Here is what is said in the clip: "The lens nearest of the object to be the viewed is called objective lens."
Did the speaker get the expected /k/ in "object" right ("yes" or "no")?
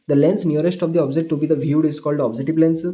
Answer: no